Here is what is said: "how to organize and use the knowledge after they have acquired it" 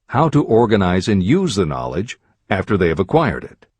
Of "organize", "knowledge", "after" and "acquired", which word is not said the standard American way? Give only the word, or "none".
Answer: none